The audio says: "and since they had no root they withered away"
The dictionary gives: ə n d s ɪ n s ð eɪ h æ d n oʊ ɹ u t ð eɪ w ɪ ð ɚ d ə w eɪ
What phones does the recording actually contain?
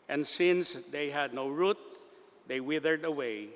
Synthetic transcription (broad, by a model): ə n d s ɪ n s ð eɪ h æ d n oʊ ɹ u t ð eɪ w ɪ ð ɚ d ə w eɪ